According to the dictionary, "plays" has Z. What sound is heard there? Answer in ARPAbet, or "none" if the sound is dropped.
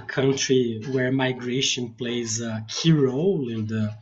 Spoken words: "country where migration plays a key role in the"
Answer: Z